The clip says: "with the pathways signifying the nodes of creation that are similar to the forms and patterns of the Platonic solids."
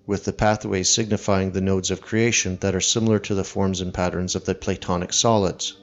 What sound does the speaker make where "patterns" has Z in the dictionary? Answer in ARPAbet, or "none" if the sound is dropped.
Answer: Z